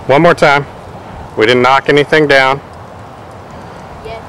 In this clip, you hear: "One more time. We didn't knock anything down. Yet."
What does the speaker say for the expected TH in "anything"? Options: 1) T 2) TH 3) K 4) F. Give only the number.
2